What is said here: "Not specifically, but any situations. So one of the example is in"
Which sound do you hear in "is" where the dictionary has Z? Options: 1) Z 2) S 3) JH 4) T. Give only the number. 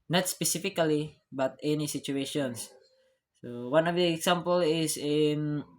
2